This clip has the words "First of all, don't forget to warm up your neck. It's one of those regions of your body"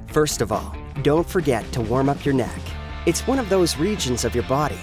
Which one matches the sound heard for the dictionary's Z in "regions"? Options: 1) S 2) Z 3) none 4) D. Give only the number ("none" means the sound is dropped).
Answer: 2